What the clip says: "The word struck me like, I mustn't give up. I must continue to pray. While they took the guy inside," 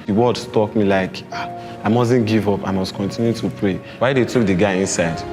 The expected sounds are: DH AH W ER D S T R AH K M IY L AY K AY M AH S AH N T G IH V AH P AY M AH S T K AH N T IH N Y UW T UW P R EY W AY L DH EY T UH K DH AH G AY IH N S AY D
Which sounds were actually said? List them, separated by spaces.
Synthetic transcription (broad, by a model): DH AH W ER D S T AO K M IY L AY K AY M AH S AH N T G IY V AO P AY M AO S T K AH N T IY N Y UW T UW P R EY W AY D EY T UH K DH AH G AY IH N S AY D